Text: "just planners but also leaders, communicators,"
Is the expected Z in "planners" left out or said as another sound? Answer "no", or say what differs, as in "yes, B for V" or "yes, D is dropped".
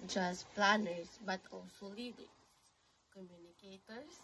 yes, S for Z